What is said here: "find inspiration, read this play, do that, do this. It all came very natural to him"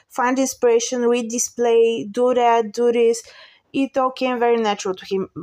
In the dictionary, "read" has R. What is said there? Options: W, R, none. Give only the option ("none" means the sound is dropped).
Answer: W